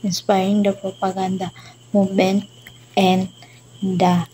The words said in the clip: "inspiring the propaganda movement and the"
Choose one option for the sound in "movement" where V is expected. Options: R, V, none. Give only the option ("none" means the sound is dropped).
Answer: none